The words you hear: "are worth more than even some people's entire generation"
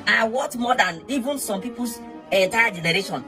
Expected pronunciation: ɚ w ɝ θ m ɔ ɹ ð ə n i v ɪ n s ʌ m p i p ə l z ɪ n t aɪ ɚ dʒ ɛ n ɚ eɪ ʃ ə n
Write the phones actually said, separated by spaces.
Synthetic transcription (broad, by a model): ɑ w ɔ t m ɔ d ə n i v ɪ n s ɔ m p i p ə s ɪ n t aɪ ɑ dʒ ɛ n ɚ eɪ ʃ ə n